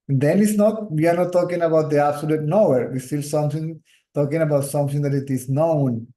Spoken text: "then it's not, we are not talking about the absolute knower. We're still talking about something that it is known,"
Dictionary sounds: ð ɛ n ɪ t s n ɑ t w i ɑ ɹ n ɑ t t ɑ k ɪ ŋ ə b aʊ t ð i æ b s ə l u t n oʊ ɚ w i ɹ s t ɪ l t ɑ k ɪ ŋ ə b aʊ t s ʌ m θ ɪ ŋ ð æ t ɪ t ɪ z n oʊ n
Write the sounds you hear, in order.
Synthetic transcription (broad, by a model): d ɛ n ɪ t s n ɑ t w i ɑ ɹ n ɑ t t ɑ k ɪ ŋ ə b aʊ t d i æ b s ə l u t n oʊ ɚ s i l s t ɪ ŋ t ɑ k ɪ ŋ ə b aʊ t s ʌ m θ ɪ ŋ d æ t ɪ t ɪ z n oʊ n